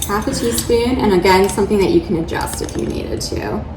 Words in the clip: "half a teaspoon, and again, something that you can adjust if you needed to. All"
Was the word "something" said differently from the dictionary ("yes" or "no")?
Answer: no